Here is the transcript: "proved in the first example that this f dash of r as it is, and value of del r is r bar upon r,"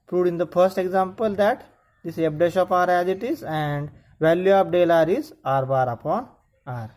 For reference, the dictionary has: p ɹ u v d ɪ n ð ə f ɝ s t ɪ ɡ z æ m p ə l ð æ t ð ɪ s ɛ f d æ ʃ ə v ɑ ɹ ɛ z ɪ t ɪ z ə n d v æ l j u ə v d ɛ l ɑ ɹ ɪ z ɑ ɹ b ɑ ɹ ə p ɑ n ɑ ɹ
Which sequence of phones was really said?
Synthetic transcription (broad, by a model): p ɹ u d ɪ n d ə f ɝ s t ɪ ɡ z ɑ m p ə l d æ t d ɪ s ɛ p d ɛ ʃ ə p ɑ ɹ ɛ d ɪ t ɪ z ə n d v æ l j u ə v d ɛ l ɑ ɹ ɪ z ɑ ɹ b ɑ ɹ ə p ɑ n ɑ ɹ